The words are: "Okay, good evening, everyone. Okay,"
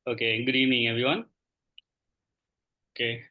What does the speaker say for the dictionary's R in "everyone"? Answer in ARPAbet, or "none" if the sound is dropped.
none